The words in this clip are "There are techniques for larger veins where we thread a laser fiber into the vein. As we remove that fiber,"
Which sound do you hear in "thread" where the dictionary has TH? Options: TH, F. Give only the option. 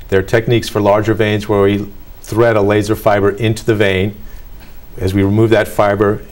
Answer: TH